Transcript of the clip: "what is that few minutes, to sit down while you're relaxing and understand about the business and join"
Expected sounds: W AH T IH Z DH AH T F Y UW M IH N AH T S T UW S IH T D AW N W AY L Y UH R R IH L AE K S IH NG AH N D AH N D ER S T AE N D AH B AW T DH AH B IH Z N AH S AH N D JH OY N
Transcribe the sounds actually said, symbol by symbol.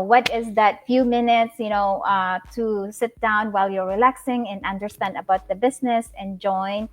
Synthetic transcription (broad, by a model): W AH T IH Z DH AH T F Y UW M IH N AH T S T UW S IH T D AW N W AY L Y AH R R IH L AE K S IH NG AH N AH N D ER S T AE N D AH B AW T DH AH B IH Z N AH S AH N JH OY N